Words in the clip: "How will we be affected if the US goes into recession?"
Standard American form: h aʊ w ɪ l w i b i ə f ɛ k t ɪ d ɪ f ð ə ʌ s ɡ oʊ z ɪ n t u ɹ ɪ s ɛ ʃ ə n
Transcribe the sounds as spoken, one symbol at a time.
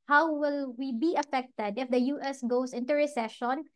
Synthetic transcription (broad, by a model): h aʊ w ɪ l w i b i ə f ɛ k t ɪ d ɪ f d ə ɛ s ɡ oʊ s ɪ n t u ɹ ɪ s ɛ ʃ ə n